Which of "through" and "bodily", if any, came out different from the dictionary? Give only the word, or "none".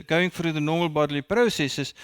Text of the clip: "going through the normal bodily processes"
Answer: through